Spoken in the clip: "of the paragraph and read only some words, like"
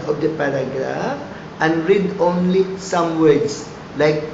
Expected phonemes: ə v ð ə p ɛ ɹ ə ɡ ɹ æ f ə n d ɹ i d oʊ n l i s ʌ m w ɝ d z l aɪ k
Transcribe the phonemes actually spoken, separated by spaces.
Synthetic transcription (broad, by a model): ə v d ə p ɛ ɹ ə ɡ ɹ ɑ f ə n ɹ i d oʊ n l i s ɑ m w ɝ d s l aɪ k